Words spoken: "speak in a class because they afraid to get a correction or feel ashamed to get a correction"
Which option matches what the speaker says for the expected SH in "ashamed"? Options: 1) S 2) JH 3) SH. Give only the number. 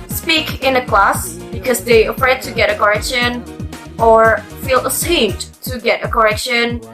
1